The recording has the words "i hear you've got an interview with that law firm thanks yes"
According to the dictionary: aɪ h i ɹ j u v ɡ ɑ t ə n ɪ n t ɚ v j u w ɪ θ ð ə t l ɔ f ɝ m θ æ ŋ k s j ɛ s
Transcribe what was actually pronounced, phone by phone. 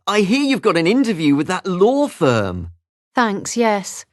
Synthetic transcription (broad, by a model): aɪ h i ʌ j u v ɡ ɑ t ə n ɪ n t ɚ v j u w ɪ ð ə t l ɔ f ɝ m θ æ ŋ k s j ɛ s